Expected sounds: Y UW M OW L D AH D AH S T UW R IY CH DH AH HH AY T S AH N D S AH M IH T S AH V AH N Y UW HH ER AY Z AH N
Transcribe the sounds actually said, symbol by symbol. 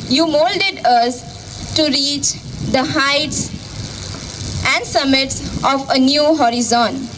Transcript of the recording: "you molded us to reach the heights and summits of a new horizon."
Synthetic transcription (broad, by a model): Y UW M OW L D AH D AH S T UW R IY CH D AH HH AY T S AH N D S AH M IH T S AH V AH N Y UW HH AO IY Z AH N